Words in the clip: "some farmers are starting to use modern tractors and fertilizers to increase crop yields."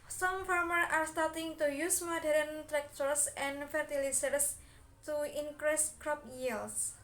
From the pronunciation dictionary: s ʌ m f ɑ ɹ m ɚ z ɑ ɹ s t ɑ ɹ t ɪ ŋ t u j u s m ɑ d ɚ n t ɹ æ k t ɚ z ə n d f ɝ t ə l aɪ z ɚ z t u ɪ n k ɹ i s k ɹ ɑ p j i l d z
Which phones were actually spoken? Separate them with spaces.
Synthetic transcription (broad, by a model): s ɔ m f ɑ ɹ m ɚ ɑ ɹ s t ɑ ɹ t ɪ ŋ t u j u s m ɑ d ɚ n t ɹ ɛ k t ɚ s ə n f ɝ t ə l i s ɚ s t u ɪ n k ɹ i s k ɹ ɑ p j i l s